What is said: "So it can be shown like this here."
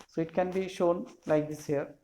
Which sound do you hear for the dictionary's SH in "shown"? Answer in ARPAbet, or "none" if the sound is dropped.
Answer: SH